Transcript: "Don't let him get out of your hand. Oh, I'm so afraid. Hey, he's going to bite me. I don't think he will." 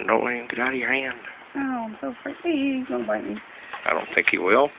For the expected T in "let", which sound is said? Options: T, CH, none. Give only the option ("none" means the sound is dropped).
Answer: none